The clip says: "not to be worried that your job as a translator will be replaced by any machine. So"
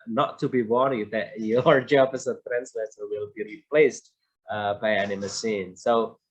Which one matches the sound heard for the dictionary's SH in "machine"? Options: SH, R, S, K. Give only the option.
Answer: S